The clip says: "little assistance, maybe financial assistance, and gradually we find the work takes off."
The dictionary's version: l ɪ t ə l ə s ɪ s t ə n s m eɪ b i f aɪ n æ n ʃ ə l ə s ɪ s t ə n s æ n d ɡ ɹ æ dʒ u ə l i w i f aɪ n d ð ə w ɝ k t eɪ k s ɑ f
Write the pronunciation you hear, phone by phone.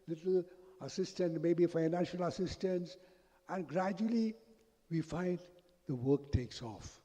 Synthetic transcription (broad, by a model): l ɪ t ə l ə s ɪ s t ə n m eɪ b i f aɪ n æ n ʃ ə l ə s ɪ s t ə n s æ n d ɡ ɹ æ dʒ u ə l i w i f aɪ n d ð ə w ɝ k t eɪ k s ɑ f